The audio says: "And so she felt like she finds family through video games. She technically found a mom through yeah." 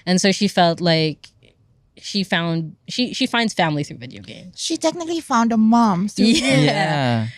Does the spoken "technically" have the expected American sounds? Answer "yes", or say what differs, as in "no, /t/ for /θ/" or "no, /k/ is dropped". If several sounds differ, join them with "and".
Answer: yes